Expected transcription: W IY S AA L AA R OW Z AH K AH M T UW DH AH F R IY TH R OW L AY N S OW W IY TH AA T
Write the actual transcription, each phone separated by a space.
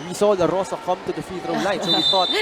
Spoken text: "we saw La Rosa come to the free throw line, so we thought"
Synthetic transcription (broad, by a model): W IY S AA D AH R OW S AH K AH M T UW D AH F IY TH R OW L AY N S OW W IY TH AA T